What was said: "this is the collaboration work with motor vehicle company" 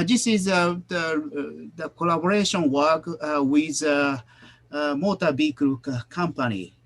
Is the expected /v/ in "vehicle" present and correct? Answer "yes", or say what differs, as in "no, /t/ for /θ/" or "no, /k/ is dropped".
no, /b/ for /v/